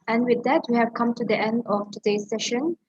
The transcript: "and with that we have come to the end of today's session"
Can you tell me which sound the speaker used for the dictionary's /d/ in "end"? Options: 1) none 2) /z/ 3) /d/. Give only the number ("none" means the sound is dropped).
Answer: 3